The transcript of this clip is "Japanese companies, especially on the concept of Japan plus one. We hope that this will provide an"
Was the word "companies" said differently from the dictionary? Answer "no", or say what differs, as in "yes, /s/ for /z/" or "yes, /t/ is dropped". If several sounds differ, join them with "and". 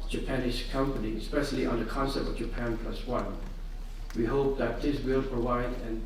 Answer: yes, /z/ is dropped